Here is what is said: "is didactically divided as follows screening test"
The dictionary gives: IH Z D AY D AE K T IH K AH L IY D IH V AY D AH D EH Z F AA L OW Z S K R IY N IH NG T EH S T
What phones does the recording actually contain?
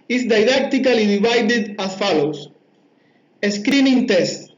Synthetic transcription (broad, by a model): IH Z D AY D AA K T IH K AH L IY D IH B AY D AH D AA F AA L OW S S K R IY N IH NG T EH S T